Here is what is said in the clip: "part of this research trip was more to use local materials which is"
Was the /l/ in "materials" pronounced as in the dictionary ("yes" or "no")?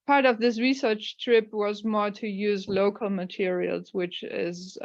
yes